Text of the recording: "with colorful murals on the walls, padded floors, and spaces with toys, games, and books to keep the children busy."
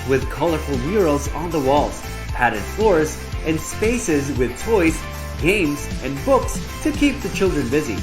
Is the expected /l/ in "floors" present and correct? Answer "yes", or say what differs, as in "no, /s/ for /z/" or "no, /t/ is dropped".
yes